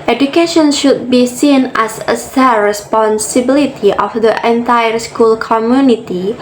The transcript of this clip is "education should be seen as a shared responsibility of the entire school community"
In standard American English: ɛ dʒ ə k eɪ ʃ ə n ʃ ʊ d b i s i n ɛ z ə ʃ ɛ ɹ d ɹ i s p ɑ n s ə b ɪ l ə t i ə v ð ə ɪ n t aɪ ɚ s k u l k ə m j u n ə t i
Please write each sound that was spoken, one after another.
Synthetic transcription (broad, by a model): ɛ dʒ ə k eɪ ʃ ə n ʃ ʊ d b i s i n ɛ s ə s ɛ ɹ ɹ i s p ɑ n s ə b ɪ l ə t i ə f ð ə ɪ n t aɪ ɚ s k u l k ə m j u n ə t i